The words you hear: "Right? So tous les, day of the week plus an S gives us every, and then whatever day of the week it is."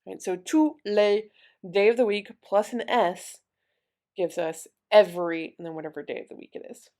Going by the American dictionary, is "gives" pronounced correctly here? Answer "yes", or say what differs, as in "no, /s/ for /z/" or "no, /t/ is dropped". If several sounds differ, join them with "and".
yes